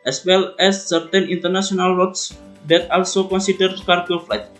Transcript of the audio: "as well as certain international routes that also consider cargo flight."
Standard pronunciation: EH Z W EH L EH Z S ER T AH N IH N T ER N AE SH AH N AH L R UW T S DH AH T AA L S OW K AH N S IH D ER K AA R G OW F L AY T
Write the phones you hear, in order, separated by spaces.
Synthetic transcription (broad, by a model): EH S W EH L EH S ER T AH N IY N T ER N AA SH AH N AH L W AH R S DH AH T AA L S OW K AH N S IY D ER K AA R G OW F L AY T